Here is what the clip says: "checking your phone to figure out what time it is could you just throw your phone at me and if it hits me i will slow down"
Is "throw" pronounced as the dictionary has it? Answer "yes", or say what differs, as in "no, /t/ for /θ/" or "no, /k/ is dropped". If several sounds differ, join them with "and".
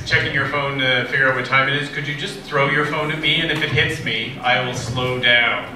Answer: yes